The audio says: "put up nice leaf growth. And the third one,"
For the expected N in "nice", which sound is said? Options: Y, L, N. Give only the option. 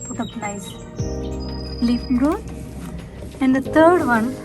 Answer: L